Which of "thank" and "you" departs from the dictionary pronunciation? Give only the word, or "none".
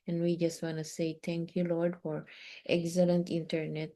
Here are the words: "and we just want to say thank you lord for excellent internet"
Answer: thank